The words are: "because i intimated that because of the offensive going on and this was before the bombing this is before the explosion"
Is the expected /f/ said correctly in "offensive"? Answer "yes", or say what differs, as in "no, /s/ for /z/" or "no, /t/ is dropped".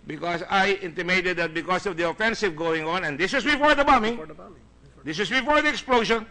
yes